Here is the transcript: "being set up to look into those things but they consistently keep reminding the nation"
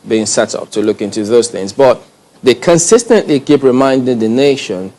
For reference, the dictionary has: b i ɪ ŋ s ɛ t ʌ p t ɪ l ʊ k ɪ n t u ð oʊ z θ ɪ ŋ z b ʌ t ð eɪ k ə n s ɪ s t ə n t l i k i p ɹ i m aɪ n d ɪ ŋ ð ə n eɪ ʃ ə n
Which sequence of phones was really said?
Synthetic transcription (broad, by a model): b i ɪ ŋ s ɛ t ʌ p t ɪ l ʊ k ɪ n t u ð oʊ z θ ɪ ŋ z b ʌ t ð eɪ k ə n s ɪ s t ə n t l i k i p ɹ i m aɪ n d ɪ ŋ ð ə n eɪ ʃ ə n